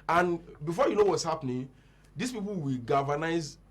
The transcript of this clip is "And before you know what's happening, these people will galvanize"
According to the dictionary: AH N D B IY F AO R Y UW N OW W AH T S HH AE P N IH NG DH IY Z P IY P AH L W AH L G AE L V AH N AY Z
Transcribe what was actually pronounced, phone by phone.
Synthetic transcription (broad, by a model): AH N B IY F AO Y UW N OW W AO T S HH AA P N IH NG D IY S P IY P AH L W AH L G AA V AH N AY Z